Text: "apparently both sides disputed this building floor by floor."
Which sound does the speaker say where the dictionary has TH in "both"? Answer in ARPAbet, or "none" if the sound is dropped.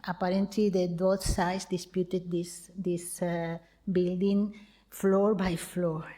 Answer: T